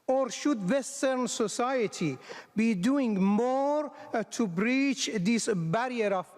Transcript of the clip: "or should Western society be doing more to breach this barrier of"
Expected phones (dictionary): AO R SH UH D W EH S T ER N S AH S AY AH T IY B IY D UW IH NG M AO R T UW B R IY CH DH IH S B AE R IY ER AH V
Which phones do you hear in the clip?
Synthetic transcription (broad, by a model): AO R SH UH D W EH S T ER N S AH S AY AH T IY B IY D UW IH NG M AO R T UW B R IY CH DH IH S B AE R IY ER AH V